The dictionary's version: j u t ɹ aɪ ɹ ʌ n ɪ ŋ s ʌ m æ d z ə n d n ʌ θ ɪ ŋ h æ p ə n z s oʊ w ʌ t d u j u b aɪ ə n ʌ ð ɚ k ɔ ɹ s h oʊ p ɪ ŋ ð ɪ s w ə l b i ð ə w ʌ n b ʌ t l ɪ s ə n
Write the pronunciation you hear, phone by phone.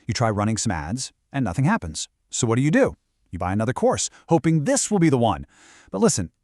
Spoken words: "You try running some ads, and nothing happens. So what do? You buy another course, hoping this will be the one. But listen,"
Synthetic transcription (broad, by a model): j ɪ t ɹ aɪ ɹ ʌ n ɪ ŋ s ʌ m æ d z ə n n ʌ θ ɪ ŋ h æ p ə n z s oʊ w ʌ t d u j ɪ b aɪ ə n ʌ ð ɚ k ɔ ɹ s h oʊ p ɪ ŋ ð ɪ s w ə l b i ð ə w ʌ n b ʌ t l ɪ s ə n